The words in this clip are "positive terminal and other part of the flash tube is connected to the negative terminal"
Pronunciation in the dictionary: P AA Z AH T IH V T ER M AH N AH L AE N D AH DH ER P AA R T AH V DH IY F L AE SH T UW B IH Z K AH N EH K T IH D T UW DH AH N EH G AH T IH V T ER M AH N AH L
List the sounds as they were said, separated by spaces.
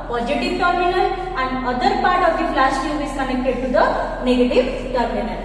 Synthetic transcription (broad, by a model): P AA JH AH T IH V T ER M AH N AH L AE N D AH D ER P AA R T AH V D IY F L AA S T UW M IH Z K AH N EH K T IH D T UW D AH N EH G AH T IH V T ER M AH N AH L